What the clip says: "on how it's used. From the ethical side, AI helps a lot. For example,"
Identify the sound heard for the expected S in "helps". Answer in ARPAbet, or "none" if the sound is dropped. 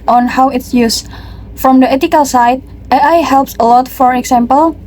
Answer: S